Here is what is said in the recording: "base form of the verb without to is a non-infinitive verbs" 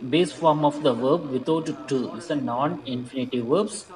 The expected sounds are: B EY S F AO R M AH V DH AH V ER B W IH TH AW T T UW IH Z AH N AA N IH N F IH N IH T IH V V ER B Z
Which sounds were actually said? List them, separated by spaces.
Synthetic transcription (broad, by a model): B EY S F AO R M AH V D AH V ER B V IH T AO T T UW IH S AH N AA N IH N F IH N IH T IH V V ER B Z